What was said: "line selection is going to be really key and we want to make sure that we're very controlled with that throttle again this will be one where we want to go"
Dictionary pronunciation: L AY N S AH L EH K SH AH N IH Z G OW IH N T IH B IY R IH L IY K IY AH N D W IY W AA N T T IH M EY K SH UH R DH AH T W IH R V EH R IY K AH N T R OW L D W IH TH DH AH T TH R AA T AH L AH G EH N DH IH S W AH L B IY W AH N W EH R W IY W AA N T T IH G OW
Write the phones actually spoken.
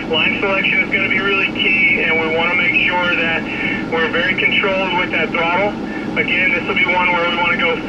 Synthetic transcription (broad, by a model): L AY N S AH L EH K SH AH N IH Z G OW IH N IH B IY R IH L IY K IY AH N W IY W AA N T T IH M EY K SH UH R DH AH T W IH R V EH R IY K AH N T R OW L D W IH DH AH T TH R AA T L AH G EH N DH IH S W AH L B IY W AH N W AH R W IY W AA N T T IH G OW